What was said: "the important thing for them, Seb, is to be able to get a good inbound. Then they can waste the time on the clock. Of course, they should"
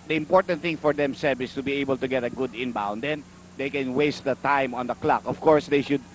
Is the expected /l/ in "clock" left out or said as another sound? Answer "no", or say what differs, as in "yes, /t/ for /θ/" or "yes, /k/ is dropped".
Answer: no